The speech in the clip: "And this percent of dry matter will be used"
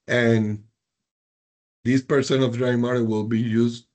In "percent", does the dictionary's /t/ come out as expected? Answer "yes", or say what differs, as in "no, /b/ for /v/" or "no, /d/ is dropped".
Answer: no, /t/ is dropped